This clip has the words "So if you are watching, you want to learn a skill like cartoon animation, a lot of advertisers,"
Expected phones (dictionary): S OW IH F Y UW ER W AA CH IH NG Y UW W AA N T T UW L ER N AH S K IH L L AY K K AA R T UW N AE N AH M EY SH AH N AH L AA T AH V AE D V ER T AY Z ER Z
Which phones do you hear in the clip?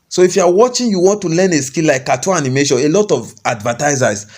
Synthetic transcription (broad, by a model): S OW IH F Y UW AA W AA CH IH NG Y UW W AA N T T UW L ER N AH S K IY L L AY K K AA T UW AA N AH M EY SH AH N AH L AA T AH V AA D V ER T AY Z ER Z